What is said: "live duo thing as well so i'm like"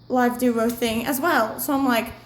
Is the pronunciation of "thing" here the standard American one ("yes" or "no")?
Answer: yes